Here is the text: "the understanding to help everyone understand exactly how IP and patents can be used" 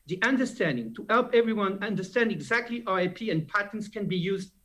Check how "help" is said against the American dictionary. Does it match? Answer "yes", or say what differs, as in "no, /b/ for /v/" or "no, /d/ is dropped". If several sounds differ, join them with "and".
yes